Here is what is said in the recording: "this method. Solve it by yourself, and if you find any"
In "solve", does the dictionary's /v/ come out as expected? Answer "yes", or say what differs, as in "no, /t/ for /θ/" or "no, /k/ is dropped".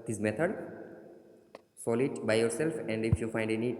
no, /v/ is dropped